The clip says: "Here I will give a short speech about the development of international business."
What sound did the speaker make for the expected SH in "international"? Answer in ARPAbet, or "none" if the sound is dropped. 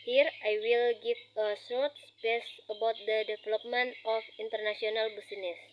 S